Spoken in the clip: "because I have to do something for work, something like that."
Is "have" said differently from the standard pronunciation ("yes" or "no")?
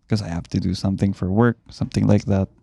yes